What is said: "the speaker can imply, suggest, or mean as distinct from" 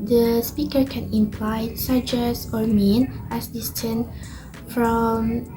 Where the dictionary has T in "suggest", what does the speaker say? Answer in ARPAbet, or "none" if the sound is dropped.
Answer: none